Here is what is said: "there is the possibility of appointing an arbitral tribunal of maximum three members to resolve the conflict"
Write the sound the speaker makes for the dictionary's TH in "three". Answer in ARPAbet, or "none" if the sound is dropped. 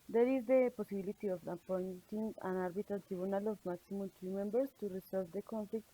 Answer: T